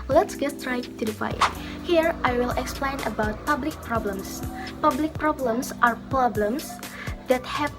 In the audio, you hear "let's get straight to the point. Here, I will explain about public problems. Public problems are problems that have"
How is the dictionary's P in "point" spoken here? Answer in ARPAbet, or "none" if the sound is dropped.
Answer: F